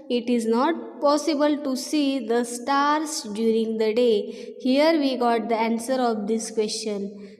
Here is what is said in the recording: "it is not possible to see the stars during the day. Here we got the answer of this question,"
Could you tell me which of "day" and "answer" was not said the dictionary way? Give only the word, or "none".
none